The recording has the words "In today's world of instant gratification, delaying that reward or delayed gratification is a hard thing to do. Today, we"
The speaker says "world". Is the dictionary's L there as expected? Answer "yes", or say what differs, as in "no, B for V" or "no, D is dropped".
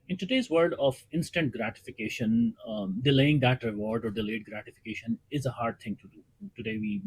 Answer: no, L is dropped